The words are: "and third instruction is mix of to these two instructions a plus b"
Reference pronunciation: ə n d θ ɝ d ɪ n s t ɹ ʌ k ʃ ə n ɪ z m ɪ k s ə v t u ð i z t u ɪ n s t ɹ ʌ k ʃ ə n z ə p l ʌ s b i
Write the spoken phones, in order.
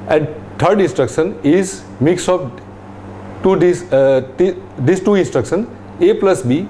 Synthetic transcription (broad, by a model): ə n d t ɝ d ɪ n s t ɹ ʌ k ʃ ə n ɪ z m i k s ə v t u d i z t u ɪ n s t ɹ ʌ k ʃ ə n ə p l ʌ s b i